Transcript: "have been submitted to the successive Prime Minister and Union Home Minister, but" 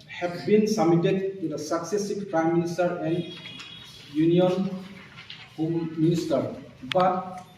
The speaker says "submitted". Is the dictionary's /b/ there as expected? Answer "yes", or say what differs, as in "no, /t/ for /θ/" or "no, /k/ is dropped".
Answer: no, /b/ is dropped